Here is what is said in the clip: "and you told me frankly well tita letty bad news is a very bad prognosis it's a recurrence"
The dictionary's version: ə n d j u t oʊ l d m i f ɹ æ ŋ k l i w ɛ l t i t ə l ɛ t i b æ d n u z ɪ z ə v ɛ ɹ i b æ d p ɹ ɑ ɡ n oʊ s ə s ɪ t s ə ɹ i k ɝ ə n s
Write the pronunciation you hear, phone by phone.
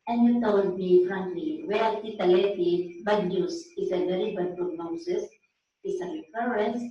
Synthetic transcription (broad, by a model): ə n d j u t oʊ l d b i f ɹ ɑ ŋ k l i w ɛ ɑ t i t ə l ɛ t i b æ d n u s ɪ s ə v ɛ ɹ i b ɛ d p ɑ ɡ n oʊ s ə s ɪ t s ə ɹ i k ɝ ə n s